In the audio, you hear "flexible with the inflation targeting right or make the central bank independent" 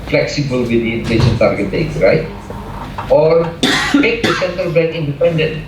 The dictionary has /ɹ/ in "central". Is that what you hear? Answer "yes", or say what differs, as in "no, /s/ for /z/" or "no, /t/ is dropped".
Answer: no, /ɹ/ is dropped